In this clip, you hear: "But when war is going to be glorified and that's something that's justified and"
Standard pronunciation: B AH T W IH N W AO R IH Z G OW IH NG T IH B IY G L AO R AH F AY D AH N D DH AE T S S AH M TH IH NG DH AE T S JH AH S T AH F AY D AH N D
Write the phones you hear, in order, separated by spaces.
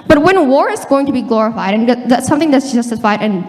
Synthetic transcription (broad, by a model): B AH T W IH N W AO R IH Z G OW IH NG T IH B IY G L AO R AH F AY D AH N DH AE T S S AH M TH IH NG DH AE T S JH AH S T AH F AY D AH N